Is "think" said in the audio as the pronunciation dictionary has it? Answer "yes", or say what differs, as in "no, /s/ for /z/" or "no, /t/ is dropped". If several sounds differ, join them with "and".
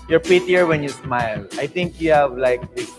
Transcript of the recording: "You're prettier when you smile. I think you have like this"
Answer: no, /t/ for /θ/